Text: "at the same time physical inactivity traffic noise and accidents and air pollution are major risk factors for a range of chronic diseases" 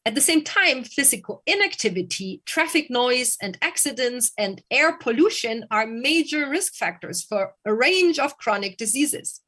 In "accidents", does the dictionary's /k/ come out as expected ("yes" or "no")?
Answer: yes